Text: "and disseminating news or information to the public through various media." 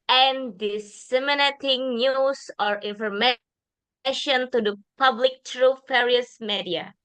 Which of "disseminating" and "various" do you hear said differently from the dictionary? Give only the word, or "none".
various